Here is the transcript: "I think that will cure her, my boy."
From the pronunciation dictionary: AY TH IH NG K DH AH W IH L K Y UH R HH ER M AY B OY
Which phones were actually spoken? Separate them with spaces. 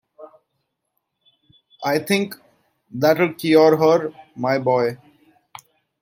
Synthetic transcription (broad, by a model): AY T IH NG K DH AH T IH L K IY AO R HH ER M AY B OY